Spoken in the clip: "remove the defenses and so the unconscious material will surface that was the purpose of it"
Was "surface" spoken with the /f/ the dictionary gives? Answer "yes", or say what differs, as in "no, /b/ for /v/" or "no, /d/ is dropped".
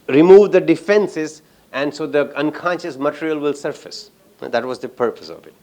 yes